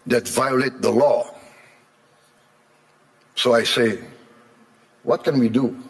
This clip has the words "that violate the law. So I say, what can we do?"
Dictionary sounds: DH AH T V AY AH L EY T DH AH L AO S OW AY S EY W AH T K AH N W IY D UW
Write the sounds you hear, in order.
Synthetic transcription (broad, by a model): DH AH T V AY AH L EY T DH AH L AO S OW AY S EY W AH T K AH N W IY D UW